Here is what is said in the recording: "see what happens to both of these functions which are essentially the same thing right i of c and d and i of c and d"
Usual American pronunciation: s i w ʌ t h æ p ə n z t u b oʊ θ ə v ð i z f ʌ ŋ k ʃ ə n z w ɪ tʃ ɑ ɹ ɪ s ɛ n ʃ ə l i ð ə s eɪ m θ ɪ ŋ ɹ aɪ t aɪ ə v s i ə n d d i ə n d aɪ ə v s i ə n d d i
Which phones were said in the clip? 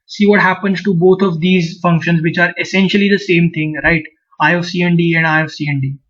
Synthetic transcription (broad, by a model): s i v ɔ t h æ p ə n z t u b oʊ t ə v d i z f ʌ ŋ k ʃ ə n z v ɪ tʃ ɑ ɹ ɪ s ɛ n ʃ ə l i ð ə s eɪ m t ɪ ŋ ɹ aɪ t aɪ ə s i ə n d d i ə n d aɪ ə s i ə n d d i